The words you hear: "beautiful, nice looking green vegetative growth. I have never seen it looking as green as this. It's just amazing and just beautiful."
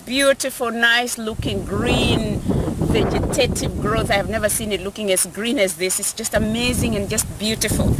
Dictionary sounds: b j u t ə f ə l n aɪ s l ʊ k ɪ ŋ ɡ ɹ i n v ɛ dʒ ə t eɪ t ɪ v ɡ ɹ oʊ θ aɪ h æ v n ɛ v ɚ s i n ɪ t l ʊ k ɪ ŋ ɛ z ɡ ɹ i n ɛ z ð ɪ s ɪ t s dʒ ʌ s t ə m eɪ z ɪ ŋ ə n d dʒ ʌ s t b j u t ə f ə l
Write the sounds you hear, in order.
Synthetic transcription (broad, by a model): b j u t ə f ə l n aɪ s l ʊ k ɪ ŋ ɡ ɹ i n v ɛ dʒ ə t eɪ t ɪ v ɡ ɹ oʊ θ aɪ h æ v n ɛ v ɚ s i n ɪ t l ʊ k ɪ ŋ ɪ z ɡ ɹ i n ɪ z ð ɪ s ɪ t s dʒ ʌ s t ə m eɪ z ɪ ŋ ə n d dʒ ʌ s t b j u t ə f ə l